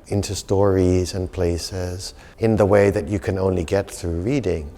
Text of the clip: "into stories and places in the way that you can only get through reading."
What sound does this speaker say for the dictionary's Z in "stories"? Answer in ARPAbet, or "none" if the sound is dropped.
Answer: Z